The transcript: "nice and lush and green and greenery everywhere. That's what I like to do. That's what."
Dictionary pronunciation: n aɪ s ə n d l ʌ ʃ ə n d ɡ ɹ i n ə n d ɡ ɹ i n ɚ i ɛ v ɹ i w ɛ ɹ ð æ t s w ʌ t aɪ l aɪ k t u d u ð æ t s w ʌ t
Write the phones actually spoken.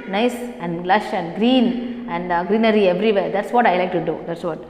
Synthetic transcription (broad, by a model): n aɪ s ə n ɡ l ʌ ʃ ə n d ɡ ɹ i l ə n d ɡ ɹ i n ɚ i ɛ v ɹ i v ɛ ɹ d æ t s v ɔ t aɪ l aɪ k t u d u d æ t s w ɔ t